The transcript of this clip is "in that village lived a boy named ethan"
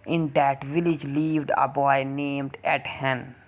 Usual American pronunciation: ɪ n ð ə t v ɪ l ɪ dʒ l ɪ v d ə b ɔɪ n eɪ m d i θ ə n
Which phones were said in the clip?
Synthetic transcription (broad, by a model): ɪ n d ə t v ɪ l ɪ dʒ l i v d ə b ɔɪ n eɪ m d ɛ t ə n